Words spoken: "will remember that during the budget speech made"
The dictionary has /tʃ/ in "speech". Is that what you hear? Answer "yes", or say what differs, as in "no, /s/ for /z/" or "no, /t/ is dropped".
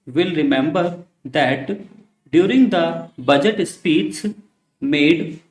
no, /s/ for /tʃ/